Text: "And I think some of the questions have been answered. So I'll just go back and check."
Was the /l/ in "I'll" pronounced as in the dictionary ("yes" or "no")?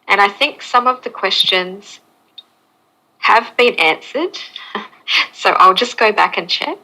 yes